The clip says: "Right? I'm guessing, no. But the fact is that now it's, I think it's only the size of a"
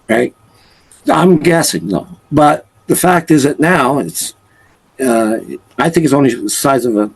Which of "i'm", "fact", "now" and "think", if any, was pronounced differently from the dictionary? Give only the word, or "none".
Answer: none